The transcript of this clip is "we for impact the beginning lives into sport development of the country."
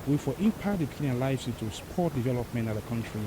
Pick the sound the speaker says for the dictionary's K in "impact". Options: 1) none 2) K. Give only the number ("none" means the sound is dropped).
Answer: 1